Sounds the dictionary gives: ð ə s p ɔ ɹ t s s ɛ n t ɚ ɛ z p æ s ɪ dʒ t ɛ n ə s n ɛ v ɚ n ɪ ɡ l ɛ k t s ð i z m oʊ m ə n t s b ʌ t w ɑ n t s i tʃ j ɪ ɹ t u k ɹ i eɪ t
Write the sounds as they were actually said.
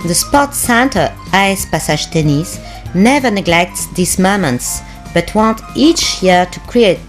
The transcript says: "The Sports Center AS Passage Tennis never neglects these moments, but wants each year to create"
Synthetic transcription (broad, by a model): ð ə s p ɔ t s s ɛ n t ɚ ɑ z p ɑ s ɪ ʒ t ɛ n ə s n ɛ v ɚ n ɪ ɡ l ɛ k t s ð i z m oʊ m ə n t s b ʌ t w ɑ n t i tʃ j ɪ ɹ t u k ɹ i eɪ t